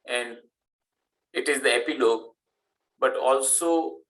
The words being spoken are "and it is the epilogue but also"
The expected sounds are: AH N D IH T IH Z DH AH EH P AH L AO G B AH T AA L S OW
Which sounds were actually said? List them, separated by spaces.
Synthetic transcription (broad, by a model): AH N D IH T IH Z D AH EH P AH L AO G B AH T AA L S OW